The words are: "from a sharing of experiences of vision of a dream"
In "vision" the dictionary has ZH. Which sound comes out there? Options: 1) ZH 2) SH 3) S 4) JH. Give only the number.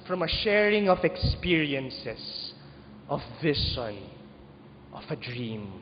3